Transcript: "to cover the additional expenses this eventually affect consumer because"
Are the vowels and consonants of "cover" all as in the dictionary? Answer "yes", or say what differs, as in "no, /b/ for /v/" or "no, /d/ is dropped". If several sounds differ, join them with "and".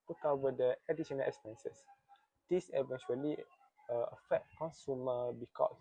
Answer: no, /w/ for /v/